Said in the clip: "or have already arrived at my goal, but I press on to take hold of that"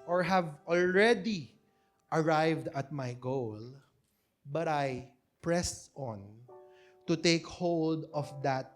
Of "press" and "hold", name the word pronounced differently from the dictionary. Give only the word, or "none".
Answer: none